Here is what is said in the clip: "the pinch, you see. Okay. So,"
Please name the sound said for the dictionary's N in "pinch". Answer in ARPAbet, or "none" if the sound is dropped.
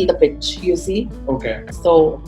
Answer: none